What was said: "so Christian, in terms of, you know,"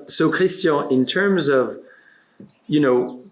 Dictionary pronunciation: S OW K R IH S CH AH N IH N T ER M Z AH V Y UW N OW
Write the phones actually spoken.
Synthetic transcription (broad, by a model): S OW K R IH S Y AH IH N T ER M Z AH V Y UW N OW